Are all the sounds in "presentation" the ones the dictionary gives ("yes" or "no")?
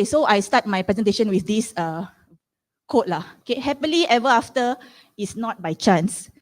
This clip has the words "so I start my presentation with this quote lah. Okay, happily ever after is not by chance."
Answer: yes